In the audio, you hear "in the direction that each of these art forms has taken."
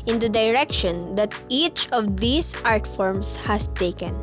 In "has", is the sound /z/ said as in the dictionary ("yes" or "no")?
no